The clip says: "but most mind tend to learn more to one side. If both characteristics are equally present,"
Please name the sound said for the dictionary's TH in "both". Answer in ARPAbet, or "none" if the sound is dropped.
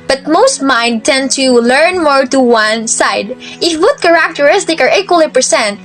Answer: T